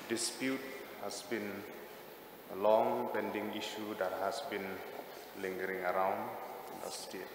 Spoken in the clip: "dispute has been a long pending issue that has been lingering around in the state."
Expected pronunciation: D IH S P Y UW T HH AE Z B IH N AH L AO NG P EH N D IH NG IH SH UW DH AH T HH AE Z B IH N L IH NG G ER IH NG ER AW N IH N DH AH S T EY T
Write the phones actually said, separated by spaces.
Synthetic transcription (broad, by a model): D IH S P Y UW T HH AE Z B IH N AH L AO NG P EH N D IH NG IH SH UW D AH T HH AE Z B IH N L IH NG G ER IH NG ER AW N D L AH S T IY